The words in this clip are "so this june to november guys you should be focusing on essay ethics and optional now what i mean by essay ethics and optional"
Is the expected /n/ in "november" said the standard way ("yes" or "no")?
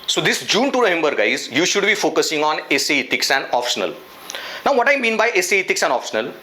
no